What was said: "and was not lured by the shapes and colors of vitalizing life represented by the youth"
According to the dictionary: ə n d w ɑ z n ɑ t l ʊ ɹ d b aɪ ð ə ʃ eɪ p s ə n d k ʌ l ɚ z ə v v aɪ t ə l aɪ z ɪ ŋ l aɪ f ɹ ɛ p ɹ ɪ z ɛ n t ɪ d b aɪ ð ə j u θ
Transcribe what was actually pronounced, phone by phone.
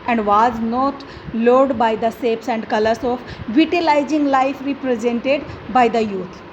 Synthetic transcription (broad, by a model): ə n d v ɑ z n ɑ t l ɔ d b aɪ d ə s eɪ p s ə n d k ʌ l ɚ s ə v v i t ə l aɪ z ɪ ŋ l aɪ f ɹ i p ɹ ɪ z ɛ n t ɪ d b aɪ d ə j u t